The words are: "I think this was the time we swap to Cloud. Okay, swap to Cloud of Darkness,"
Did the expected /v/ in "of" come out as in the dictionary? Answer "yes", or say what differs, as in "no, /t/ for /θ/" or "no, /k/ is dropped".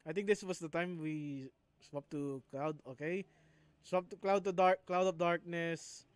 no, /p/ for /v/